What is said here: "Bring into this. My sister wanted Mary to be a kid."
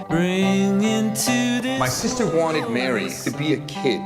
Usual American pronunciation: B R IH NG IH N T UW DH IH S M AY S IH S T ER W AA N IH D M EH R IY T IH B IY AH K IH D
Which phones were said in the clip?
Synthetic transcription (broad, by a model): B R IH NG IH N T UW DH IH M AY S IH S T ER W AA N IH D M EH R IY T IH B IY AH K IH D